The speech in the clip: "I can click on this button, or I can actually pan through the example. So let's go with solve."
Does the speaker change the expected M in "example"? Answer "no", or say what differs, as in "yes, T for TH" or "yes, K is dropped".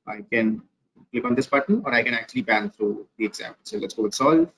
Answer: yes, M is dropped